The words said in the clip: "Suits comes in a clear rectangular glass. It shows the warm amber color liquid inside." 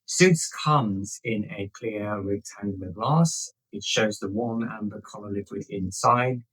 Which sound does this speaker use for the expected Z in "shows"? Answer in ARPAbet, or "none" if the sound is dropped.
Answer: Z